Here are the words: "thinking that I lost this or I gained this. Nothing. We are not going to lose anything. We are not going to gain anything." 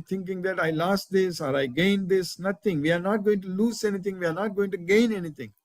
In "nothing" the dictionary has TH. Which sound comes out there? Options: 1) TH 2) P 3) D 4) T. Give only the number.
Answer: 4